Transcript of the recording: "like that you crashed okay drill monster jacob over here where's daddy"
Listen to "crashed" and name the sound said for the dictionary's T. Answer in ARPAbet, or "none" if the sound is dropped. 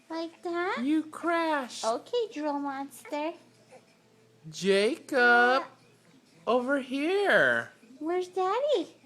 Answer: none